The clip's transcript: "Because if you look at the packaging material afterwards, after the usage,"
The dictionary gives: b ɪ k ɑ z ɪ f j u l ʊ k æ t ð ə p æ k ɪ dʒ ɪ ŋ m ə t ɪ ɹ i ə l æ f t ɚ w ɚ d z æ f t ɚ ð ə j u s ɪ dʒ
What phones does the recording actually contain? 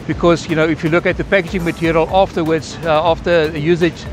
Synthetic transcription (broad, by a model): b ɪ k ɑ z ɪ f j u l ʊ k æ t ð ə p æ k ɪ dʒ ɪ ŋ m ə t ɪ ɹ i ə l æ f t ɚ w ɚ d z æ f t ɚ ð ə j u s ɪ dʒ